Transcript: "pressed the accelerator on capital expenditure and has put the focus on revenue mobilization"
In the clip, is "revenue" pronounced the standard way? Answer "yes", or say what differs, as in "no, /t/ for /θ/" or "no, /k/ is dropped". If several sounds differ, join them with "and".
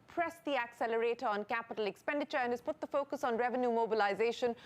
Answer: yes